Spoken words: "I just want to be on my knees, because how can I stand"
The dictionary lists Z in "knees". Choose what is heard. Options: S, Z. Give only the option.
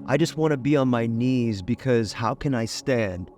Z